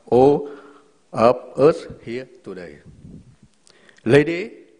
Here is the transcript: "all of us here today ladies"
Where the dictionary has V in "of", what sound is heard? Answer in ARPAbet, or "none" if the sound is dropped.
P